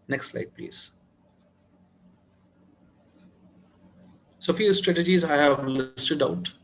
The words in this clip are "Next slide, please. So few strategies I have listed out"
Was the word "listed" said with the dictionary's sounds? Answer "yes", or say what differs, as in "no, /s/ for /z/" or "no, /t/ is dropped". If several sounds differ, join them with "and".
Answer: yes